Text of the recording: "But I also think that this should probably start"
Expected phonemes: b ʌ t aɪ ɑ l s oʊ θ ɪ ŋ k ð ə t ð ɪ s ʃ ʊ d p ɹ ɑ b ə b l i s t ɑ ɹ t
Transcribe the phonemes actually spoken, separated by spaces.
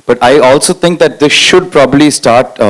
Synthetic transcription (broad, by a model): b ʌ t aɪ ɑ l s oʊ t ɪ ŋ k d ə t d ɪ s ʃ ʊ d p ɹ ɑ b ə b l i s t ɑ ɹ t